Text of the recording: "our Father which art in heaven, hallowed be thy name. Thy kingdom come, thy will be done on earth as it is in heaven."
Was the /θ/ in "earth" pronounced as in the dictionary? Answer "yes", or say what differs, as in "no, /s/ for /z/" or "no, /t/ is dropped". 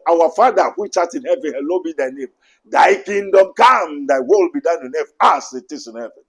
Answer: no, /f/ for /θ/